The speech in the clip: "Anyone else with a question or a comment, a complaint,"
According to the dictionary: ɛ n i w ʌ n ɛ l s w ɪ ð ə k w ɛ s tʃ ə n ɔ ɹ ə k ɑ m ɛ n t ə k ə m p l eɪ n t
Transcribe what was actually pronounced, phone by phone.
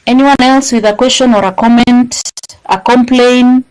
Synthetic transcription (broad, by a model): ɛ n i w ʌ n ɛ l s w ɪ ð ə k w ɛ s tʃ ə n ɔ ɹ ə k ɑ m ɛ n t ə k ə m p l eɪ n